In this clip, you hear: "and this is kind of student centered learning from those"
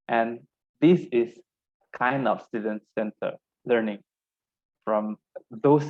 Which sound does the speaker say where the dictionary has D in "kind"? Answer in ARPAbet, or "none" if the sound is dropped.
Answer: D